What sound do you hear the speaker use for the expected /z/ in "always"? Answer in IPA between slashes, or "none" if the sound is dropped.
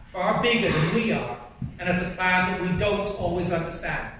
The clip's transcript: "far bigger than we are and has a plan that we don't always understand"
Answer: /z/